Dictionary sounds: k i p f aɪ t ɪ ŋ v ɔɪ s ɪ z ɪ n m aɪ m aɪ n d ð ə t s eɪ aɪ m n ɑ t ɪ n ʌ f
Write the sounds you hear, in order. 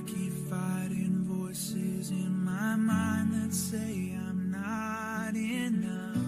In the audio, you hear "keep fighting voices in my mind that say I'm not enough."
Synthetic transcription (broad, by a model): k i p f aɪ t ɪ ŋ v ɔɪ s ɪ z ɪ n m aɪ m aɪ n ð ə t s eɪ aɪ m n ɑ t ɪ n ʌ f